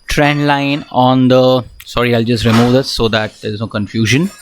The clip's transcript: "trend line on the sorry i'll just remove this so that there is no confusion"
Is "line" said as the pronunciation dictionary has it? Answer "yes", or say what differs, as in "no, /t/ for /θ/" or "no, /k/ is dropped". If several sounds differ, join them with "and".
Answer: yes